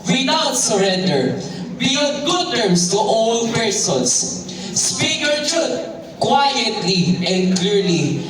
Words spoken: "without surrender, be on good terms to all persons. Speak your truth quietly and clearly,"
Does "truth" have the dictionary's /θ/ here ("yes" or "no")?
no